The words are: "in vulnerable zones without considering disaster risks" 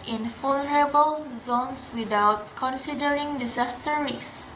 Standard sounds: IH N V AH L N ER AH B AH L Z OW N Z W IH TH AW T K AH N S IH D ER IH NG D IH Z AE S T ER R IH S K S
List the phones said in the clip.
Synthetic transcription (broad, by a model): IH N F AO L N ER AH B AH L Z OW N S W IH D AW T K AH N S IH D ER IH NG D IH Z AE S T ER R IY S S